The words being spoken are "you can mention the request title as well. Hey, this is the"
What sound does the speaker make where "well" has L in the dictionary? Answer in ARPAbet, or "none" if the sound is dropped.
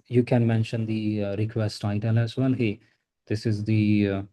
N